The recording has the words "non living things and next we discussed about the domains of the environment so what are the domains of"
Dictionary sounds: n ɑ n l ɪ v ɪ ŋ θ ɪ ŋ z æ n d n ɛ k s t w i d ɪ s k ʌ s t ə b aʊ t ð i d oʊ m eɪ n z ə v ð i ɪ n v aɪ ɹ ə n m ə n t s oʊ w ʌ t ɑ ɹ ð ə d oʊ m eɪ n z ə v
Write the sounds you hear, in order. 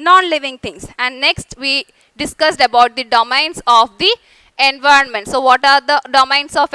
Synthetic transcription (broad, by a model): n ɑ n l ɪ v ɪ ŋ t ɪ ŋ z æ n d n ɛ k s t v i d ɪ s k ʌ s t ə b aʊ t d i d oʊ m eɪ n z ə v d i ɪ n v aɪ ɹ ə n m ə n t s oʊ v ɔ t ɑ ɹ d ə d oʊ m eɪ n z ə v